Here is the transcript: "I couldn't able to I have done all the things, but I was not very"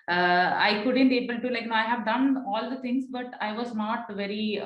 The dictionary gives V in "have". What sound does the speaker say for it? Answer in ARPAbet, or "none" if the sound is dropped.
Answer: V